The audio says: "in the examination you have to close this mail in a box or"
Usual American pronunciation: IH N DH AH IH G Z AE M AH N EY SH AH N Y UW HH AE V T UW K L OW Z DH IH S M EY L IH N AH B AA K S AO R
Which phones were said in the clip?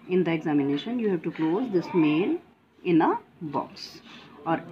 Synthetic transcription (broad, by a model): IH N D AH IH G Z AE M AH N EY SH AH N Y UW HH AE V T UW K L OW Z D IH S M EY N IH N AH B AA K S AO R